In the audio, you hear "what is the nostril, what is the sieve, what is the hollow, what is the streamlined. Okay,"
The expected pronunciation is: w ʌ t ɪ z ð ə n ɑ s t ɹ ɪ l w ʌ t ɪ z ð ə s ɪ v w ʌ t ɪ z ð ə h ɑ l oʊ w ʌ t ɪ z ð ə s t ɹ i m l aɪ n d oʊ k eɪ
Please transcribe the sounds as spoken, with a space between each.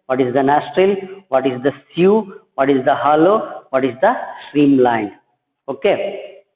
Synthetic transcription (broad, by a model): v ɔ t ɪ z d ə n ɑ s t ɹ ɪ l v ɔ t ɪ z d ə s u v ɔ t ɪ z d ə h ɑ l oʊ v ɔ t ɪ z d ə s t ɹ i m l aɪ n d oʊ k eɪ